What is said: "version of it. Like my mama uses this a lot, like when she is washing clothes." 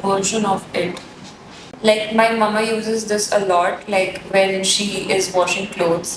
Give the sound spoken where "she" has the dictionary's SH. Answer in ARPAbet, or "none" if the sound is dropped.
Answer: SH